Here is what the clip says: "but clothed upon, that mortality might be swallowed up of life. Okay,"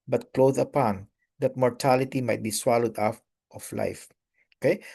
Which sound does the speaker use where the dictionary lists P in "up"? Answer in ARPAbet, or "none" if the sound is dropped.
F